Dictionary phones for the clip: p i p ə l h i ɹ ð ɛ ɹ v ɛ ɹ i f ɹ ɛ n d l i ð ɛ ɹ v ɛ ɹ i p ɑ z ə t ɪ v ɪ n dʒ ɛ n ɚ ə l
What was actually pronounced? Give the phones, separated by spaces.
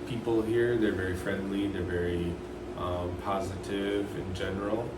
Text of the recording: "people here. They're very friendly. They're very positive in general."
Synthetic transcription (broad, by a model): p i p l h i ɹ ð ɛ ɹ v ɛ ɹ i f ɹ ɛ n d l i ð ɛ ɹ v ɛ ɹ i p ɑ z ə t ɪ v ɪ n dʒ ɛ n ɚ l